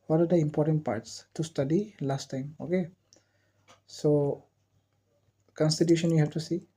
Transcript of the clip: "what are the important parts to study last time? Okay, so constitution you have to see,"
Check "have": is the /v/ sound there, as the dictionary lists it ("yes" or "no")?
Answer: no